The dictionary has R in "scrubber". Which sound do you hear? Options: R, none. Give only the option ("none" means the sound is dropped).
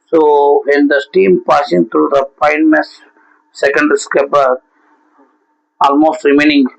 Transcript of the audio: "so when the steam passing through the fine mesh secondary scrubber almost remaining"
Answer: none